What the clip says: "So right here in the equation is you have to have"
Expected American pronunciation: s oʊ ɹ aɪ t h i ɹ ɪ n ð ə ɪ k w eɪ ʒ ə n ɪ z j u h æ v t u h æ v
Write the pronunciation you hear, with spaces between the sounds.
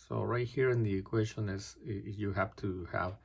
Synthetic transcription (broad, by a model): s oʊ ɹ aɪ t h i ɹ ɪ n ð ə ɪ k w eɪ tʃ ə n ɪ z j u h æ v t u h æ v